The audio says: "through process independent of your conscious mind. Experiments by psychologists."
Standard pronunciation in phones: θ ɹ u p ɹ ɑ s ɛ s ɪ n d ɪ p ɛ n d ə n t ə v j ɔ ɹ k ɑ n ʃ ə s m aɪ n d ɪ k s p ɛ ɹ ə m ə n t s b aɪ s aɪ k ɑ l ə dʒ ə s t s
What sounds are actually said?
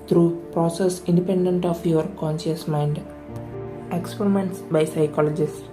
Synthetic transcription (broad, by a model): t ɹ u p ɹ ɑ s ɛ s ɪ n d ɪ p ɛ n d ə n t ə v j ɔ ɹ k ɑ n ʃ ə s m aɪ n d ɪ k s p ɛ ɹ ə m ə n t s b aɪ s aɪ k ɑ l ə dʒ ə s s